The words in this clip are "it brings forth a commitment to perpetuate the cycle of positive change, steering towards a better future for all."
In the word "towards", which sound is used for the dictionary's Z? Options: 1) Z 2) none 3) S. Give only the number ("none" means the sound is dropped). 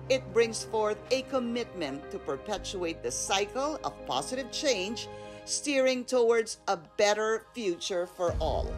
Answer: 1